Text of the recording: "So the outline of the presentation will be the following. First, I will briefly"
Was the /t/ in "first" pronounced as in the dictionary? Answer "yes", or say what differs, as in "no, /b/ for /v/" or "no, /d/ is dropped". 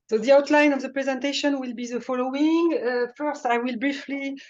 yes